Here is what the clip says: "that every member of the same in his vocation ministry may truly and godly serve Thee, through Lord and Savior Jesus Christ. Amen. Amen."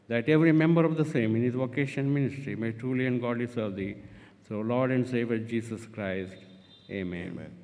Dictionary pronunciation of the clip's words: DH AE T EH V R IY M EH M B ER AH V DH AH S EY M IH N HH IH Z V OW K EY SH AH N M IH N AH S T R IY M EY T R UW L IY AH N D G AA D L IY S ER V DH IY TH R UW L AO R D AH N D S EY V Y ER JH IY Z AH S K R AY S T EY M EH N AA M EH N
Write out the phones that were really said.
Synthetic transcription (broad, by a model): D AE T EH V R IY M EH M B ER AH V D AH S EY M IH N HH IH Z V OW K EY SH AH N M IH N AH S T R IY M EY T R UW L IY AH N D G AA D L IY S ER V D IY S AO L AO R D AH N D S EY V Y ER JH IY S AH S K R AY S T EY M M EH N